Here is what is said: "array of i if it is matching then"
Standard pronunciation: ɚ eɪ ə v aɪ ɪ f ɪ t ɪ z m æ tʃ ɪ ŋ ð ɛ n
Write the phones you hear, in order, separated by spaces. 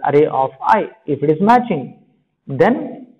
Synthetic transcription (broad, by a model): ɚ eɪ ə f aɪ ɪ f ɪ t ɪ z m æ tʃ ɪ ŋ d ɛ n